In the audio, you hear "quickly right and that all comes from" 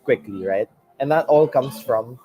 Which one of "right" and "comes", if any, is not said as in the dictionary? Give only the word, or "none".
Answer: comes